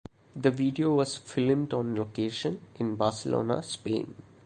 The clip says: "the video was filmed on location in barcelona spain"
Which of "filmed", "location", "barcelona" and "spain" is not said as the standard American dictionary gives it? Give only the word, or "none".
none